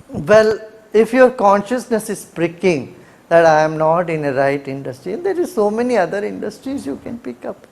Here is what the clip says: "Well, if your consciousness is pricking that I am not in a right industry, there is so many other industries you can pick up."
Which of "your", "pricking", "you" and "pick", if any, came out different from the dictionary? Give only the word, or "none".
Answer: none